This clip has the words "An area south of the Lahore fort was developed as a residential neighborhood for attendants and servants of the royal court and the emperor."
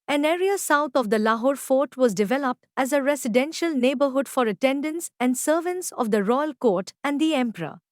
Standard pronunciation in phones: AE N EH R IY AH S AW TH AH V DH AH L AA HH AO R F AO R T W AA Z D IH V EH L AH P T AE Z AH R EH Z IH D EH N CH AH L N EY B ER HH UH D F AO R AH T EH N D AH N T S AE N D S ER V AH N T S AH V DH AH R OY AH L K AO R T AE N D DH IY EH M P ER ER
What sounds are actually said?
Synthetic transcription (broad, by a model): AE N EH R IY AH S AW T AH V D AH L AA HH AO R F AO R T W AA Z D IH V EH L AH P T AE Z AH R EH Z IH D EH N SH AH L N EY B ER HH UH D F AO R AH T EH N D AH N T S AE N D S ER V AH N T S AH V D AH R OY AH L K AO R T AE N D IY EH M P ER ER